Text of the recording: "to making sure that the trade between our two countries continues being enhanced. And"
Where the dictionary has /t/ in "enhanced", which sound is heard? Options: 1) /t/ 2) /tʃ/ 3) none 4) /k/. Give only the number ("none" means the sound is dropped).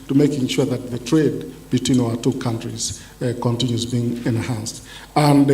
1